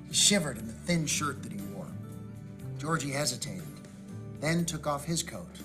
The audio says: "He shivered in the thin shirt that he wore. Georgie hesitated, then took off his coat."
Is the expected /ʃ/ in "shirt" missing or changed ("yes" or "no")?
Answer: no